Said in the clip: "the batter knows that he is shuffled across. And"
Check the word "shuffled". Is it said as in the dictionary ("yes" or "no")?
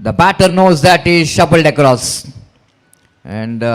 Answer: no